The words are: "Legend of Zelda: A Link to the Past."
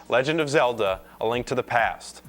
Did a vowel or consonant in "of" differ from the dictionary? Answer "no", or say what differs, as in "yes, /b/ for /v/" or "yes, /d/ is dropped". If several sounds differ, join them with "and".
no